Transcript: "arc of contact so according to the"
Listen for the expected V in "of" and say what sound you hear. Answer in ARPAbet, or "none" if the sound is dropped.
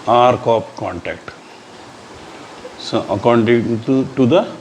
P